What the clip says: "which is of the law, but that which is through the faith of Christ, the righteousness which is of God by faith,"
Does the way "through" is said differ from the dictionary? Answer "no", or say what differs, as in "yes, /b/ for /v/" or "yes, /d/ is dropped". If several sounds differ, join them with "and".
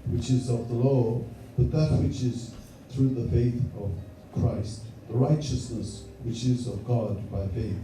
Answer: no